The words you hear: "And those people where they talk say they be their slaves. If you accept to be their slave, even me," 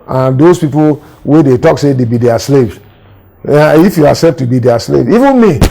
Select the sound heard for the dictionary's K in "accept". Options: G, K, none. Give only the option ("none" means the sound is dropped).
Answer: none